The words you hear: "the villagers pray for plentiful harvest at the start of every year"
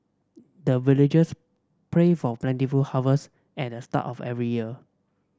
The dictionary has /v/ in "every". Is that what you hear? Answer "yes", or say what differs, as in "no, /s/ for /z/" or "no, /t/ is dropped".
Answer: yes